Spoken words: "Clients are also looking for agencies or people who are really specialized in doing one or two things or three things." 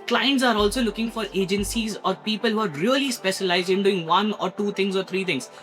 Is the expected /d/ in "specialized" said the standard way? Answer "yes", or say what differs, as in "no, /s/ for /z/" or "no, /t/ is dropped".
yes